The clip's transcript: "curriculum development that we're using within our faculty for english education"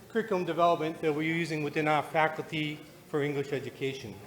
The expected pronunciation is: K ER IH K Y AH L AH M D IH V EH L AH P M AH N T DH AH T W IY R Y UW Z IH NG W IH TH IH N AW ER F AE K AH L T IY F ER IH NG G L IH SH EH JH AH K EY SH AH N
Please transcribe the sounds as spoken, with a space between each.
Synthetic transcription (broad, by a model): K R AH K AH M D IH V EH L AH P M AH N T DH AH T W IY R Y UW Z IH NG W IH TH IH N AW ER F AE K L T IY F ER IH NG G L IH SH EH JH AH K EY SH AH N